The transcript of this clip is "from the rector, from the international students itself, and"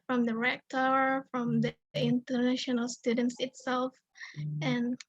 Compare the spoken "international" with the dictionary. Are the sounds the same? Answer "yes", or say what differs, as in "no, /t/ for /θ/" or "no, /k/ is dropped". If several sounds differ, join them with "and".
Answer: yes